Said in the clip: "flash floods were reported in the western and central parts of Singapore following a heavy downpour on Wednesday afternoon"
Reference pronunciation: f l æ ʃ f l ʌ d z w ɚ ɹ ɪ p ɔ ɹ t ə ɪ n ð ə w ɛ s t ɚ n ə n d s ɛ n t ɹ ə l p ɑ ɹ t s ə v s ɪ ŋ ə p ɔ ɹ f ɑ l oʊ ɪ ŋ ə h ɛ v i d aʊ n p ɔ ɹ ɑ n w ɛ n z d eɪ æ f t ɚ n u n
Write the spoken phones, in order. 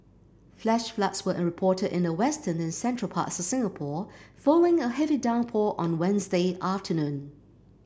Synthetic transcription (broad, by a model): f l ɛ ʃ f l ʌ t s w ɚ ɹ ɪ p ɔ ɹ t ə ɪ n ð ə w ɛ s t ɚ n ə n s ɛ n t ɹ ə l p ɑ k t s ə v s ɪ ŋ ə p ɔ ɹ f ɑ l oʊ ɪ ŋ ə h ɛ v i d aʊ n p ɔ ɹ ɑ n w ɛ n z d eɪ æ f t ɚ n u n